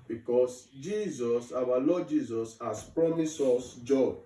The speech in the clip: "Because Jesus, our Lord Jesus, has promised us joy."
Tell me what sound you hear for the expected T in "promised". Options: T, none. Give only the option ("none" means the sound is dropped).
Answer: none